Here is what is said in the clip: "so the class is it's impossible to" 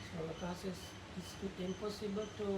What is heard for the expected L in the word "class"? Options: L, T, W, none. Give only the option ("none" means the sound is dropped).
none